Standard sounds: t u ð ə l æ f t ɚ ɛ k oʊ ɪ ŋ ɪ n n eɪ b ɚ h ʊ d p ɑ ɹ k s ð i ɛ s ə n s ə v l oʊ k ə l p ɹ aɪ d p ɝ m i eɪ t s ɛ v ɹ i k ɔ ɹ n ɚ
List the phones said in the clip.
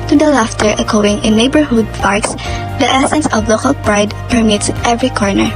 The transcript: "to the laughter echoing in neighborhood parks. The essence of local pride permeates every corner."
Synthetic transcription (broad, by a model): t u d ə l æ f t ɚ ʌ k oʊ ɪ ŋ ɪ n n eɪ b ɚ h ʊ d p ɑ ɹ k s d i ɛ s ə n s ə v l oʊ k ə l p ɹ aɪ d p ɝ m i t s ɛ v ɹ i k ɔ ɹ n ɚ